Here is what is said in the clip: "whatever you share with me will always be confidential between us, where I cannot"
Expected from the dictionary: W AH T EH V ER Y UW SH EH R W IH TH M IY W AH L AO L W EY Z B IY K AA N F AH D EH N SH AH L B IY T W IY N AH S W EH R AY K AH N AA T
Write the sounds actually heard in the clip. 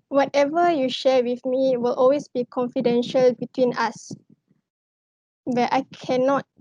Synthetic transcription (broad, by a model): W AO T EH V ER Y UW SH EH W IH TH M IY W AH L AO L W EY S B IY K AA N F AH D EH N SH AH L B IY T W IY N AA S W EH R AY K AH N AA T